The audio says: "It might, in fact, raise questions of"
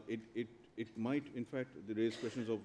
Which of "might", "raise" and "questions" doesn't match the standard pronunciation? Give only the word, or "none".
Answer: questions